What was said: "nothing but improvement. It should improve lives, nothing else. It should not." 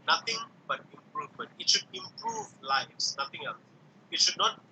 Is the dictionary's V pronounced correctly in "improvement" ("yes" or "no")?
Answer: yes